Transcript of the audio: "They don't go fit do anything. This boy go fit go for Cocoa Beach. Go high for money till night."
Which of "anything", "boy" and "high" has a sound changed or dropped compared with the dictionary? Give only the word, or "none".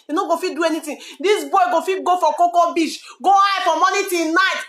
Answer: anything